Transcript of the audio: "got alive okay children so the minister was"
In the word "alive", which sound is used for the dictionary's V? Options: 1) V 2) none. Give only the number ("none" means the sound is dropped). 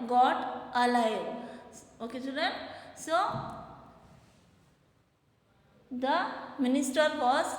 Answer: 2